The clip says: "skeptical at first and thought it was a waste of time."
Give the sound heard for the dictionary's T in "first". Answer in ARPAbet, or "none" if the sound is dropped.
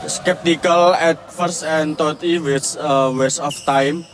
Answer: none